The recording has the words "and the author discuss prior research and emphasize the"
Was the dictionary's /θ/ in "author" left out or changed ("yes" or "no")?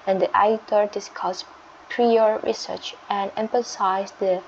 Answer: yes